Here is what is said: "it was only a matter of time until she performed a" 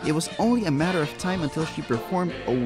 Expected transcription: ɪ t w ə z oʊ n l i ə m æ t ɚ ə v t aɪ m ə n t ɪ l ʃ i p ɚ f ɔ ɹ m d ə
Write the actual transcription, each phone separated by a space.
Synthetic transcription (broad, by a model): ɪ t w ə z oʊ n l i ə m æ t ɚ ə v t aɪ m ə n t ɪ l ʃ i p ɚ f ɔ ɹ m d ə